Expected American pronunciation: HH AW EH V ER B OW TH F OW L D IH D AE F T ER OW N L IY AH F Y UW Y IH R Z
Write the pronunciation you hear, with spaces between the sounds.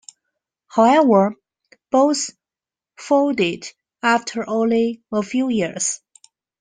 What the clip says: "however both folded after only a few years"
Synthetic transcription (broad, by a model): HH AW EH V ER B OW S F OW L D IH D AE F T ER OW N L IY AH F Y UW Y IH R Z